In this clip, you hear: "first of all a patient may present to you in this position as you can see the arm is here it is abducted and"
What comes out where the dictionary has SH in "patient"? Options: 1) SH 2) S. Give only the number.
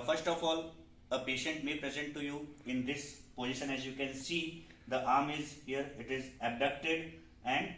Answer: 1